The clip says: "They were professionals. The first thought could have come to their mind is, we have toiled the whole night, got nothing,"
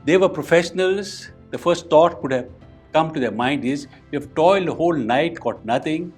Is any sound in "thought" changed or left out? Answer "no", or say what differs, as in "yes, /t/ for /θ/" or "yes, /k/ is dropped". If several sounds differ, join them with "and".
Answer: yes, /t/ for /θ/